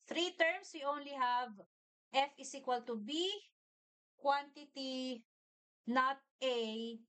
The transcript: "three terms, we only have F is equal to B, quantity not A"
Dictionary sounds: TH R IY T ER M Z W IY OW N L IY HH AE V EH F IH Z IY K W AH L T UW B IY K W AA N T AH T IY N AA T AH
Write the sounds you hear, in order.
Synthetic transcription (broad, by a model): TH R IY T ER M S W IY OW N L IY HH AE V EH F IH S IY K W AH L T UW B IY K W AA N T AH T IY N AA T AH